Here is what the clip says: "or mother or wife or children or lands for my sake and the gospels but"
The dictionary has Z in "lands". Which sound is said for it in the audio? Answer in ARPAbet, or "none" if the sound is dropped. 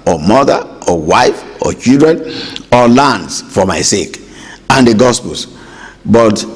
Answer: S